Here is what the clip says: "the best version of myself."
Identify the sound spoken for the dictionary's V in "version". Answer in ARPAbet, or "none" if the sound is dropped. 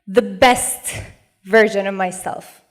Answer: V